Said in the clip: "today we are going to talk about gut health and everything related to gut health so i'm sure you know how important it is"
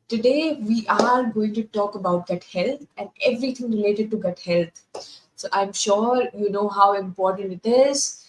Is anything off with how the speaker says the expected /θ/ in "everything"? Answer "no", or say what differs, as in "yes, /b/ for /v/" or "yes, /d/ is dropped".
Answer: yes, /t/ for /θ/